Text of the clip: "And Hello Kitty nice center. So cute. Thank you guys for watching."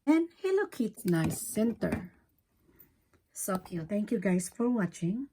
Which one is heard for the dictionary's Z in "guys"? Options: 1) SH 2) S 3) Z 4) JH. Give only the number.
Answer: 2